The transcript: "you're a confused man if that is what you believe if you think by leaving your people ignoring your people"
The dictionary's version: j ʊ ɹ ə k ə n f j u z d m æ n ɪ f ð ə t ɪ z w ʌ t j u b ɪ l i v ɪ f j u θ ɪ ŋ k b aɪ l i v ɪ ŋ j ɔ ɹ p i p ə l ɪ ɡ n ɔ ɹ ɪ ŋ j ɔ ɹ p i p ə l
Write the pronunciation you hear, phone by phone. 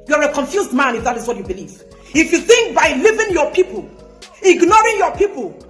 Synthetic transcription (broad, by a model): j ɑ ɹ ə k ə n f j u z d m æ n ɪ f ð ə t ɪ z w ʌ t j u b ɪ l i v ɪ f j u θ ɪ ŋ k b aɪ l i v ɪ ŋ j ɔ p i p ə l ɪ ɡ n ɔ ɹ ɪ ŋ j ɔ p i p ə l